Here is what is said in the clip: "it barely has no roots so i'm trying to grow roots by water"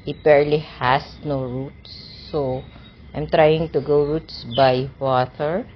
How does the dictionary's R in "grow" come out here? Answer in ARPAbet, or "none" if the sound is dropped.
none